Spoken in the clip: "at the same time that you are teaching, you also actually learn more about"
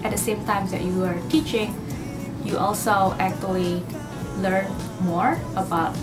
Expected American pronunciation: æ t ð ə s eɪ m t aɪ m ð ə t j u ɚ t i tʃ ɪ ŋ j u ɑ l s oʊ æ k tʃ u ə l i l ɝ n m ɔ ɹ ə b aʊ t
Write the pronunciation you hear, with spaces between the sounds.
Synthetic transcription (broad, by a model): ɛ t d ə s eɪ m t aɪ m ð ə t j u ɚ t i tʃ ɪ ŋ j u ɑ l s oʊ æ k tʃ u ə l i l ɝ n m ɔ ɹ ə b aʊ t